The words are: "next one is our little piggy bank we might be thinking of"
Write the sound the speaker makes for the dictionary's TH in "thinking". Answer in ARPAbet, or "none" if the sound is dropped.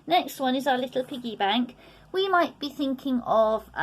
TH